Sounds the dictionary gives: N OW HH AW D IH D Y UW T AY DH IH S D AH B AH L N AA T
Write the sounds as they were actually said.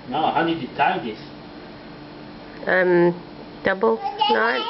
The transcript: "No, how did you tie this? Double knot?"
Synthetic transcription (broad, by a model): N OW HH AW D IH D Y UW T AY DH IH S D AH B AH L N AA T